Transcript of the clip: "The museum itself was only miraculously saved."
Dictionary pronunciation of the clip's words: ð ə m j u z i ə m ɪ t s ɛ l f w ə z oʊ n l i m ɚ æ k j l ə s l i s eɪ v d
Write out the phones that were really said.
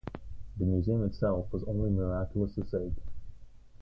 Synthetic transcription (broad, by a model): ð ə m j u z i ə m ɪ t s ɛ l f w ə z oʊ n l i m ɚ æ k j l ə s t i s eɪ d